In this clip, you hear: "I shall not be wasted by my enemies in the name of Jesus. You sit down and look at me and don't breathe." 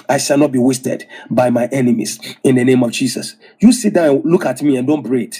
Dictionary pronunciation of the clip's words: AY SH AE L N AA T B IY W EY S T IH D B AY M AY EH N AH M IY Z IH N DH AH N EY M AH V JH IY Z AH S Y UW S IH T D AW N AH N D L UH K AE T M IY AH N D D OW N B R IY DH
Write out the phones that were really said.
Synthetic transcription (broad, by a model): AY SH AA L N AA T B IY W EY S T IH D B AY M AY EH N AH M IY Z IH N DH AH N EY M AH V JH IY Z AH S Y UW S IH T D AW AH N L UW K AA T M IY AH N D D OW N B R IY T